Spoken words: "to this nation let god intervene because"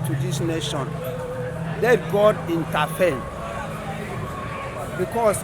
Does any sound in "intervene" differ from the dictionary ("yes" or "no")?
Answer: yes